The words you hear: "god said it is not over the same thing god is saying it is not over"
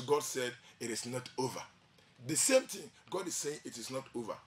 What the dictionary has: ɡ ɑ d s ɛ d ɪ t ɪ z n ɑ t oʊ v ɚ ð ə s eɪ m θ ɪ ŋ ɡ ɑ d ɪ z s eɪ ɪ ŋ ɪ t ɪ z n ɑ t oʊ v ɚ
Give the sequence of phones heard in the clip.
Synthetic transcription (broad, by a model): ɡ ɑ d s ɛ d ɪ t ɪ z n ɑ t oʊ v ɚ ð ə s eɪ m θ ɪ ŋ ɡ ɑ d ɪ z s eɪ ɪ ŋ ɪ t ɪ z n ɑ t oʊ v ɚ